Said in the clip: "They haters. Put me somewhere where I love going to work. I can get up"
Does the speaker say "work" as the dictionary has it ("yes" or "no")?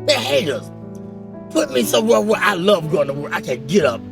no